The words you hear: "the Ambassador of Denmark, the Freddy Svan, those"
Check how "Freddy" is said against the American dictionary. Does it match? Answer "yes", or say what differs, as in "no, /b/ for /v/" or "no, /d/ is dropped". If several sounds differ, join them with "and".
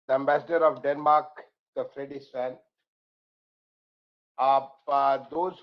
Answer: yes